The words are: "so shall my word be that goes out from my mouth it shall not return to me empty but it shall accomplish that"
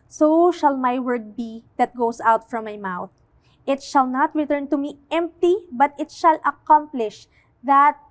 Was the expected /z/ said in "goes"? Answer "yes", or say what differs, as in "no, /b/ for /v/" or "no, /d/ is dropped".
no, /s/ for /z/